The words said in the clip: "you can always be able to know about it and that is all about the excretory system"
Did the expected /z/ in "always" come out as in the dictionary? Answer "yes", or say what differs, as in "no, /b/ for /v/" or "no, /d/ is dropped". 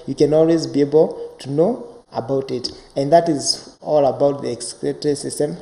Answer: yes